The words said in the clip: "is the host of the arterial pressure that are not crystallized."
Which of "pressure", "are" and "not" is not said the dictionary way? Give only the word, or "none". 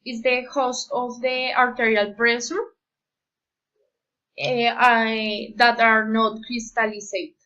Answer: pressure